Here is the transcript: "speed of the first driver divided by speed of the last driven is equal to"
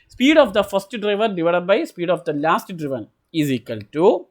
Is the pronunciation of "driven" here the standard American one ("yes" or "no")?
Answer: yes